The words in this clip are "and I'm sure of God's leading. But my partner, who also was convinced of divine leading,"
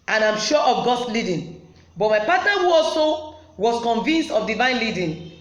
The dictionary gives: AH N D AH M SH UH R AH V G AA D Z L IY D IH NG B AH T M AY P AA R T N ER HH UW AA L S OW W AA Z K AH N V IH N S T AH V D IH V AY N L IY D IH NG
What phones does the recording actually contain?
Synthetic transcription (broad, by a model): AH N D AH M SH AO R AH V G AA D S L IY D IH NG B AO T M AY P AA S T ER HH UW AA L S OW W AA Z K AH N V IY N S T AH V D IH V AY N L IY D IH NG